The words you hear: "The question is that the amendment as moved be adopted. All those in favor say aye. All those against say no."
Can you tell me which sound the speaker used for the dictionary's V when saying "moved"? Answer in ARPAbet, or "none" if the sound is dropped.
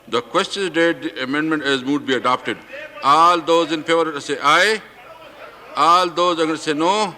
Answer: none